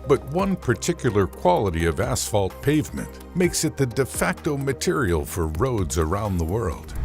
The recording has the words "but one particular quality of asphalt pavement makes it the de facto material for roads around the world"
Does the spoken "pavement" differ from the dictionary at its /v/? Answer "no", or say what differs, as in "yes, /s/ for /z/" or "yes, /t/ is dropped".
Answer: no